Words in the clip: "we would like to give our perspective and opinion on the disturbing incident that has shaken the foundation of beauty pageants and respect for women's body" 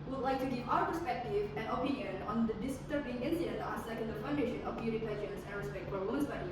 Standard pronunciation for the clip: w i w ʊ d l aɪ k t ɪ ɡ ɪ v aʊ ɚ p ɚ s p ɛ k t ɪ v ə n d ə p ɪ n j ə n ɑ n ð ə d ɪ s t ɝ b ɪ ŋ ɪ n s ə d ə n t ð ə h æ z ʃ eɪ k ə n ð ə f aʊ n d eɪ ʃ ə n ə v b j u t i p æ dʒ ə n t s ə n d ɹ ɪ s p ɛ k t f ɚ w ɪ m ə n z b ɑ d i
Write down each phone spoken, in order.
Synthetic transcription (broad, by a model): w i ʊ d l aɪ k t ɪ ɡ ɪ v aʊ ɚ p ɚ s p ɛ k t ɪ v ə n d ə p ɪ n j ə n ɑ n ð ə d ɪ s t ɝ ɪ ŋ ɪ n ə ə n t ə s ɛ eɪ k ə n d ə f aʊ n d eɪ ʃ ə n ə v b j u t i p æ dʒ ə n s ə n ɹ ɪ s p ɛ k t f ɚ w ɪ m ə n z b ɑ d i